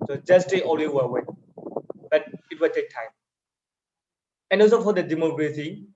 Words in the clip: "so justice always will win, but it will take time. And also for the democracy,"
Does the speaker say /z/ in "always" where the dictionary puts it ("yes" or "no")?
no